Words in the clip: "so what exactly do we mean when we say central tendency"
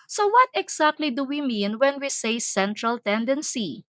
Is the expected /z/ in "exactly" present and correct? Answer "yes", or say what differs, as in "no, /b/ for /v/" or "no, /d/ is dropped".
no, /s/ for /z/